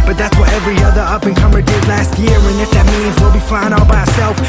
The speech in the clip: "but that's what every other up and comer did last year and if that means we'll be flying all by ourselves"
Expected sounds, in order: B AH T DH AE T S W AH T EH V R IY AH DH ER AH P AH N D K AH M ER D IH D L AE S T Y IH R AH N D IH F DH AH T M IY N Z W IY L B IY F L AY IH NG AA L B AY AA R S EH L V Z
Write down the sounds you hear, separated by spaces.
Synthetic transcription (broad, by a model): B AH T DH AE T S W AH T EH V R IY AH DH ER AH P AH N K AH M ER D IH D L AE S T Y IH R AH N IH F DH AH T M IY N Z W IY L B IY F L AY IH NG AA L B AY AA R S EH L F